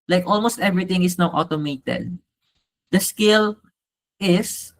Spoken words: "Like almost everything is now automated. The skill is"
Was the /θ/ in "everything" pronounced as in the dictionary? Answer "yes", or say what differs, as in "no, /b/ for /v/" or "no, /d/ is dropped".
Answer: no, /t/ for /θ/